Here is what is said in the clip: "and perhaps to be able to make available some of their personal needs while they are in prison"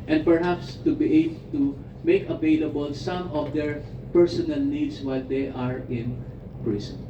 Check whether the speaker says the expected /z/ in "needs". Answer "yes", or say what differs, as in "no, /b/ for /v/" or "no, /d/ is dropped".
no, /s/ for /z/